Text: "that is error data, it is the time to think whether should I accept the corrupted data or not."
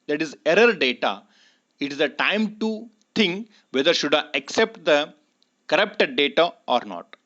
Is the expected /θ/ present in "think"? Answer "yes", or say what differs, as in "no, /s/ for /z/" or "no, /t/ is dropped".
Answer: no, /t/ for /θ/